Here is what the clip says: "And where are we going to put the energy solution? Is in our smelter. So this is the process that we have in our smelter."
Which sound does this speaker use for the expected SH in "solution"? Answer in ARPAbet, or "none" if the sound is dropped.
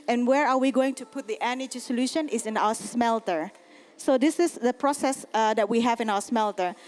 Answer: SH